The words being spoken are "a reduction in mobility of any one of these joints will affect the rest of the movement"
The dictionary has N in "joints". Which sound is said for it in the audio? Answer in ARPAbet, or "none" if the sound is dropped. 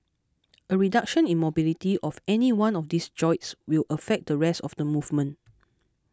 none